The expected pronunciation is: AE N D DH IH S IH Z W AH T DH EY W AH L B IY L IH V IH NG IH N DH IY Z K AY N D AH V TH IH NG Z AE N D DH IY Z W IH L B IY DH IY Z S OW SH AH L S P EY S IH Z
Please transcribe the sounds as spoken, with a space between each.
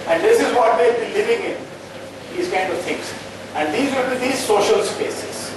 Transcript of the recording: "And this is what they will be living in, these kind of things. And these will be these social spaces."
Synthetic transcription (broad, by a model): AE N D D IH S IH Z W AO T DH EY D B IY L IH V IH NG IH N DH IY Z K AY N D AH V T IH NG S AE N D IY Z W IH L B IY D IY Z S OW SH AH L S P EY S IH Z